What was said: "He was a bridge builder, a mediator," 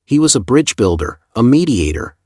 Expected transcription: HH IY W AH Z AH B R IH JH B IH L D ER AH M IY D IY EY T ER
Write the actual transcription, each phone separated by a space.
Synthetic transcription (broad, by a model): HH IY W AH Z AH B R IH JH B IH L D ER AH M IY D IY EY T ER